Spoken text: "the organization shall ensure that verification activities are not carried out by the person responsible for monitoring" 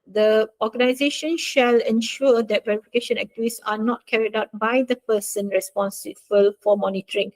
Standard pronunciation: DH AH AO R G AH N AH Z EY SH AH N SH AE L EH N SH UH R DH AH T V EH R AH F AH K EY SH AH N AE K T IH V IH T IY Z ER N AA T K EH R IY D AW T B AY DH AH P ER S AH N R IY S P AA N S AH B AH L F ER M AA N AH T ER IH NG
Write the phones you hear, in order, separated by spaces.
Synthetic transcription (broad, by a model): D AH AO G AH N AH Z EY SH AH N SH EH L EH N SH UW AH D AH T V EH R AH F AH K EY SH AH N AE K T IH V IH S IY N AA T K EH R IY D AW T B AY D AH P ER S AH N R IY S P AA N S AH B AH L F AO M AA N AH T ER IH NG